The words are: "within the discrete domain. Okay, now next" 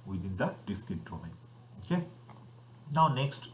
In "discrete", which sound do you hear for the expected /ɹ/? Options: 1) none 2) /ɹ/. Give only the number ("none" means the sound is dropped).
1